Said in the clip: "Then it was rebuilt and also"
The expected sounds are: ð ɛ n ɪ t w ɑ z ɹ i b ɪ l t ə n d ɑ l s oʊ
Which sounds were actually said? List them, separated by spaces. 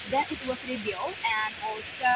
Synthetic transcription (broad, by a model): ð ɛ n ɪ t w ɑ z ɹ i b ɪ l ə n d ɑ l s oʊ